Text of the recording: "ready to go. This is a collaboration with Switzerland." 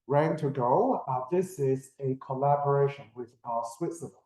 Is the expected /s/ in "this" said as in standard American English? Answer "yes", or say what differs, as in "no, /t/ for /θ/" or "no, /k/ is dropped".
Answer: yes